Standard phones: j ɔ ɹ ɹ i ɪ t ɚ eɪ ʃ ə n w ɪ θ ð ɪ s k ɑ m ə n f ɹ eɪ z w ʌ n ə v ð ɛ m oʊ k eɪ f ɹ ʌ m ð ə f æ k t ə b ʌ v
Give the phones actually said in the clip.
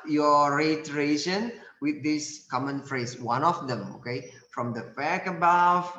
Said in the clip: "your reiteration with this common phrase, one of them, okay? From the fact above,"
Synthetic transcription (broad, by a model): j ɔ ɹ ɹ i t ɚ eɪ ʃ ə n w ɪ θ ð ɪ s k ɑ m ə n f ɹ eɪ s w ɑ n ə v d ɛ m oʊ k eɪ f ɹ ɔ m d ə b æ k ə b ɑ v